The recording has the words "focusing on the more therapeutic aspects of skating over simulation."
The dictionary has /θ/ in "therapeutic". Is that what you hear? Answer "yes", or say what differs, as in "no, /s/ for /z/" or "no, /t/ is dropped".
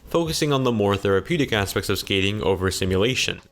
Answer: yes